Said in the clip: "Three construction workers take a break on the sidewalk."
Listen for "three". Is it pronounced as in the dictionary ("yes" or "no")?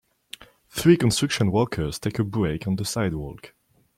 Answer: yes